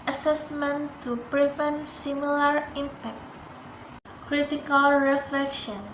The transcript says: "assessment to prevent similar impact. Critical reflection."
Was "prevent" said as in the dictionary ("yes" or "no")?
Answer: yes